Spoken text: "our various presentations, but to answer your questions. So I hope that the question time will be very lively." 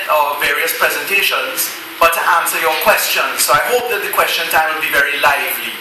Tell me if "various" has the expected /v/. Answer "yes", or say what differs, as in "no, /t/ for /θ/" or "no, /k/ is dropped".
yes